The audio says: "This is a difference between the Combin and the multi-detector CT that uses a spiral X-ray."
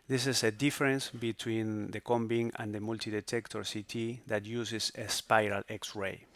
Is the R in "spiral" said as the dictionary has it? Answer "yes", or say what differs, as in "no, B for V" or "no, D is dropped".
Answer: yes